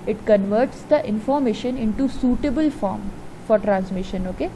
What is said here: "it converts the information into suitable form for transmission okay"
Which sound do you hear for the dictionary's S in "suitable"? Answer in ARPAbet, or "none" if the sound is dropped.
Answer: S